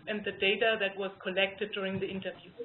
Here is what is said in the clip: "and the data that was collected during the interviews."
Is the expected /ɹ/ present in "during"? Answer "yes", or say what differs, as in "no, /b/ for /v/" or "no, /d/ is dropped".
yes